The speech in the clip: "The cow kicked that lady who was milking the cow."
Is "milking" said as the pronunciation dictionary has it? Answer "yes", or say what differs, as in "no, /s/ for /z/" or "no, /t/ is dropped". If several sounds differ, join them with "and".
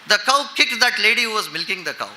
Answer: yes